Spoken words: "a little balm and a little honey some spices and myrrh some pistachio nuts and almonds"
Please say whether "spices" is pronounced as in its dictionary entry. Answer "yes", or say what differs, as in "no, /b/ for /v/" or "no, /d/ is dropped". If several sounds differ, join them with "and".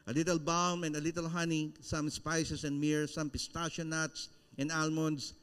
no, /s/ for /z/